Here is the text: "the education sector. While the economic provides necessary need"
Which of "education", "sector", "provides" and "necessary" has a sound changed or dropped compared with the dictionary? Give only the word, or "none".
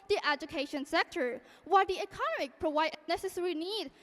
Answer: provides